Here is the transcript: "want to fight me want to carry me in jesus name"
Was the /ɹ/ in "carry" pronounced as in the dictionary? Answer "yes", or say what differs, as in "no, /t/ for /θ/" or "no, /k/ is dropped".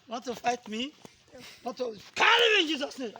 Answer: no, /l/ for /ɹ/